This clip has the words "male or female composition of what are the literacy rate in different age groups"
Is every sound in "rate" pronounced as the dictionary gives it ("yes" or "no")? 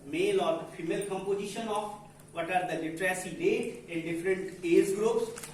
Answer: no